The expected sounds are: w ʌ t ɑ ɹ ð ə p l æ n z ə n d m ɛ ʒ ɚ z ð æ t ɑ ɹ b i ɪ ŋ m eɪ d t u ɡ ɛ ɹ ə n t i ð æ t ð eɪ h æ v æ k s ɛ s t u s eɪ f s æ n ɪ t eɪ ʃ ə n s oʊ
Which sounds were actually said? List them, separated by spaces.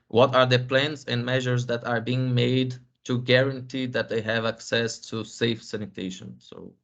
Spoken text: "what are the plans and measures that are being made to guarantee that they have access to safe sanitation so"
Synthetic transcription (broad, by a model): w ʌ t ɑ ɹ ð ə p l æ n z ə n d m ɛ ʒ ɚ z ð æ t ɑ ɹ b i ɪ ŋ m eɪ d t u ɡ ɛ ɹ ə n t i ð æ t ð eɪ h æ v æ k s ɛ s t u s eɪ f s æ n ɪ t eɪ ʃ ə n s oʊ